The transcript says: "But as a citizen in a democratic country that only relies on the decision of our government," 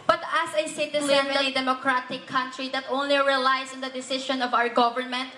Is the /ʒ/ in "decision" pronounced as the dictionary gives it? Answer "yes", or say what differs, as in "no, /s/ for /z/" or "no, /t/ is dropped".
no, /ʃ/ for /ʒ/